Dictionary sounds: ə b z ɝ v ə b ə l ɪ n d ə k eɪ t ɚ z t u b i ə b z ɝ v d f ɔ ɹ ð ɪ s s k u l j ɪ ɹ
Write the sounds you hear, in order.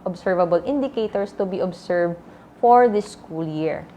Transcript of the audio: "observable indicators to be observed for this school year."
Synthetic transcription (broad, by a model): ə b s ɝ v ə b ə l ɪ n d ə k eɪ t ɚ s t u b i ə b s ɝ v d f ɔ ɹ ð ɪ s s k u l j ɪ ɹ